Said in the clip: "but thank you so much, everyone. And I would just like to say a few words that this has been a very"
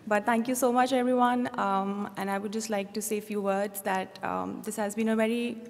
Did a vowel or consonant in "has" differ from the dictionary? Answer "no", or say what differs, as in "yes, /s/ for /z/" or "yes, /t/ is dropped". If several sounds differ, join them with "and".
no